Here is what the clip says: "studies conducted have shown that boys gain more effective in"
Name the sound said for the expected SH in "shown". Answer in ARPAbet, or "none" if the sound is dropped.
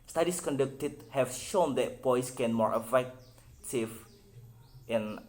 SH